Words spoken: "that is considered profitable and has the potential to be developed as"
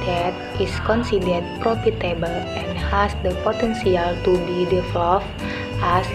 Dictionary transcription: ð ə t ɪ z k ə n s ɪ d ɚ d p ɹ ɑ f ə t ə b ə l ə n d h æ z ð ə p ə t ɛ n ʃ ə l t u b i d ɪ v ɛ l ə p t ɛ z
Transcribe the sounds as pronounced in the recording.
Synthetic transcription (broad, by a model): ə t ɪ s k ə n s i d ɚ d p ɹ ɑ f ə t ə b ə l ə n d h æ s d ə p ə t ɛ n s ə l t u b i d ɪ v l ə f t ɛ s